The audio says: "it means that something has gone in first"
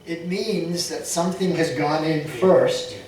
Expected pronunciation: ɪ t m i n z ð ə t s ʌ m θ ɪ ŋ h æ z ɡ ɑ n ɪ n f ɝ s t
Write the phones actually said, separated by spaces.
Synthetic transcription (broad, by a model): ɪ t m i n z ð ə t s ʌ m θ ɪ ŋ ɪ z ɡ ɑ n ɪ n f ɝ s t